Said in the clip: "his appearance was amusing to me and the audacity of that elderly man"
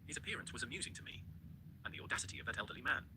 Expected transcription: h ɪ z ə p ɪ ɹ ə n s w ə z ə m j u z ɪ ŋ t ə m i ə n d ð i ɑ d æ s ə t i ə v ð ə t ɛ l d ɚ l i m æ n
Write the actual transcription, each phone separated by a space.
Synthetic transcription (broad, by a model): h ɪ z ə p ɪ ɹ ə n s w ə z ə m j u z ɪ ŋ t ə m i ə n ð i ɑ d æ s ə t i ə v ð ə t ɛ l d ɚ l i m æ n